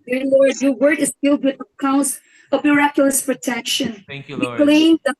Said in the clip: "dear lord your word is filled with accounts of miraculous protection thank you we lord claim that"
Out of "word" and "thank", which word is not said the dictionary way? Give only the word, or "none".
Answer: thank